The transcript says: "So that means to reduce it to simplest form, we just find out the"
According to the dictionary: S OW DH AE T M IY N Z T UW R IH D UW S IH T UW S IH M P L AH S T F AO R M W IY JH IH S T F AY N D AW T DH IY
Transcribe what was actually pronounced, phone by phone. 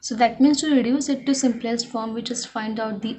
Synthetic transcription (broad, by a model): S OW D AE T M IY N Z T UW R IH D UW S IH T UW S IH M P L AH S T F AO R M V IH CH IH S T F AY N D AW T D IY